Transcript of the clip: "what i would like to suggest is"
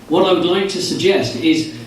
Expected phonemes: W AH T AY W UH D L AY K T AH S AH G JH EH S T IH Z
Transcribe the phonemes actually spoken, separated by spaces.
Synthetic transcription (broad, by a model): W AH T AY W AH D L AY K T AH S AH G JH EH S T IH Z